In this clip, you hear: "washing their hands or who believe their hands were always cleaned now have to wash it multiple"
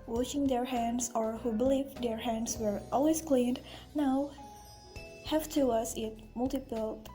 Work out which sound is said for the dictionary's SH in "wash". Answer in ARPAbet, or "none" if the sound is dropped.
S